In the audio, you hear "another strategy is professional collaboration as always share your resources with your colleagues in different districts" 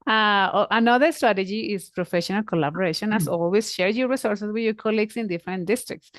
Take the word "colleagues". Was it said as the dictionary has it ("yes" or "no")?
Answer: no